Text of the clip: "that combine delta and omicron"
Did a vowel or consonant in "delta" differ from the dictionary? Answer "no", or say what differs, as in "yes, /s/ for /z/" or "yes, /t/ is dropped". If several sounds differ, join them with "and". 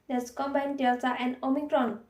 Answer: yes, /s/ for /t/